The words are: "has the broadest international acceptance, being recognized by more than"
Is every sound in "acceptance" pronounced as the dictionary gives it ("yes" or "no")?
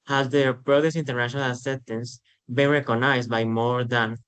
no